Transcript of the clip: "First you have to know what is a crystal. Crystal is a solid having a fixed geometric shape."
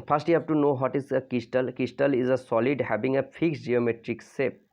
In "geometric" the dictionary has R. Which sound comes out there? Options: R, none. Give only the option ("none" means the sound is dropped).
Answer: R